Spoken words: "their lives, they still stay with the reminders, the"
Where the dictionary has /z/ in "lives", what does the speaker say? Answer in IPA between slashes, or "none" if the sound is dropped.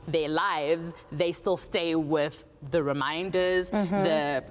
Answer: /z/